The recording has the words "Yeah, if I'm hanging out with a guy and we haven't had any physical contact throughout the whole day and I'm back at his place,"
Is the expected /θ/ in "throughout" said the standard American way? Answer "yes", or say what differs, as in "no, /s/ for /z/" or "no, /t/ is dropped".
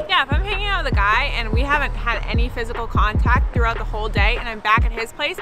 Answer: yes